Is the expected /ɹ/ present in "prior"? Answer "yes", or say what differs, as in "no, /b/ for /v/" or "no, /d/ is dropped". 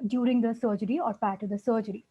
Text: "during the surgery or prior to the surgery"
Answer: no, /ɹ/ is dropped